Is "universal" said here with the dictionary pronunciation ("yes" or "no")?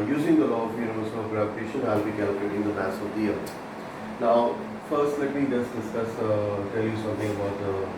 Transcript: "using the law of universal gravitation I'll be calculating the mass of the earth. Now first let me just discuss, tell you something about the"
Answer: no